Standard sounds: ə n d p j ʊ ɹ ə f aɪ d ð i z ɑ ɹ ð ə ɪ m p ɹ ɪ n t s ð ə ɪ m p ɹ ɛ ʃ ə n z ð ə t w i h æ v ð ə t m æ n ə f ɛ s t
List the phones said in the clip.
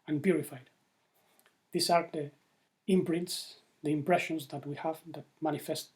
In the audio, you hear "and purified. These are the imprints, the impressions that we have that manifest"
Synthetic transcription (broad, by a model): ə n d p j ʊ ɹ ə f aɪ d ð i s ɑ ɹ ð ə ɪ m p ɹ ɪ n t s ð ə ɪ m p ɹ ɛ ʃ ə n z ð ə t w i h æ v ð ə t m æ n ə f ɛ s t